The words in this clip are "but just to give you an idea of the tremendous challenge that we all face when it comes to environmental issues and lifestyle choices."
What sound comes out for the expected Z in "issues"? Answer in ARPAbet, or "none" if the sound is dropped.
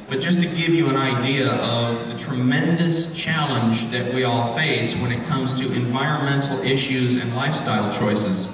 Z